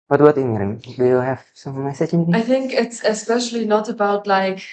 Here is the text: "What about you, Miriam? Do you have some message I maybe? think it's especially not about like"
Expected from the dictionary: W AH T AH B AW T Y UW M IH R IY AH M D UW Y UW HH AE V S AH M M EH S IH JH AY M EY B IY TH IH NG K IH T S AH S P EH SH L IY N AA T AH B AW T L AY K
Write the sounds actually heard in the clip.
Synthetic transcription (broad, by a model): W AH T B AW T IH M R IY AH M D UW Y UW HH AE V S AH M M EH S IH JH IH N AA IY TH IH NG K IH T S AH S P EH SH L IY N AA T AH B AW T L AY K